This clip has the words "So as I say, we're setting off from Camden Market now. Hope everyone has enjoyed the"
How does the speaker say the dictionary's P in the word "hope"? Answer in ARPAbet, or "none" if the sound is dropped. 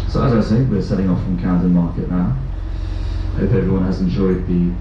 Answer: F